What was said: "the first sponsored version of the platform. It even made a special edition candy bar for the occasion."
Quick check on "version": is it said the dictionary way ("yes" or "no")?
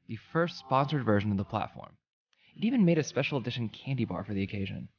yes